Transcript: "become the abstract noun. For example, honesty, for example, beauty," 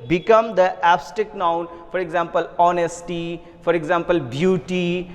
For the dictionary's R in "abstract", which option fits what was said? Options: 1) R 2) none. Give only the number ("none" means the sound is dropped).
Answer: 2